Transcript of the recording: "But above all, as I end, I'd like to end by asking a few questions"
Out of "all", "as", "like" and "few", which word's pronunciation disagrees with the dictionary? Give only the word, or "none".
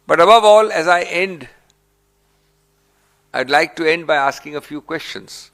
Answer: none